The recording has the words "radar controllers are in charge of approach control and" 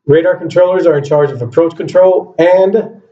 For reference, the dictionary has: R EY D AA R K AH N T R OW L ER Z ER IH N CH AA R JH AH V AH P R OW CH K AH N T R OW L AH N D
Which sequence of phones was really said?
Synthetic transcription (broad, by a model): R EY D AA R K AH N T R OW L ER Z ER IH N CH AA R JH AH V AH P R OW CH K AH N T R OW L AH N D